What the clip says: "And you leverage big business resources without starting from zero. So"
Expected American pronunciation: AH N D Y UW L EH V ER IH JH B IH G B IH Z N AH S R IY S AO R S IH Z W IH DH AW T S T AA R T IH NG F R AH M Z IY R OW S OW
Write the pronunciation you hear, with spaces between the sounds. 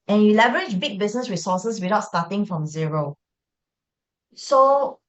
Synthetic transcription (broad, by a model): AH N Y UW L EH V ER IH JH B IH G B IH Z N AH S R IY S AO S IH S W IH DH AW T S T AA T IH NG F R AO M Z IY R OW S OW